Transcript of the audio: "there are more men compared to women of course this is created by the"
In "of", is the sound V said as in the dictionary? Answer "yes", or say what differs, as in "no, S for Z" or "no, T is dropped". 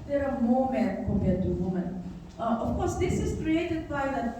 no, F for V